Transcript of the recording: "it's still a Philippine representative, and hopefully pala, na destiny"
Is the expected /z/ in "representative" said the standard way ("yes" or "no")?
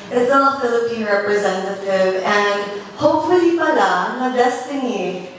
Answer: yes